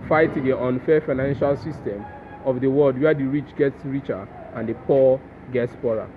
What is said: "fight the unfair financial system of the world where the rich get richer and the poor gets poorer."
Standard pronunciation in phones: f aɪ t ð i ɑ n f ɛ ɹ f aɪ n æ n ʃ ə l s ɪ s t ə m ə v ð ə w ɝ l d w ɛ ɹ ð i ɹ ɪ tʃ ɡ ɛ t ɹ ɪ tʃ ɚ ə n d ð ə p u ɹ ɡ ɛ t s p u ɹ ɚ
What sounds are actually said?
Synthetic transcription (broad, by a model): f aɪ t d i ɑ n f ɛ f aɪ n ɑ n ʃ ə l s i s t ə m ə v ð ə w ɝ l d w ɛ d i ɹ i tʃ ɡ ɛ t ɹ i tʃ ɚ ə n d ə p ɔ ɡ ɛ t s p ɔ ɹ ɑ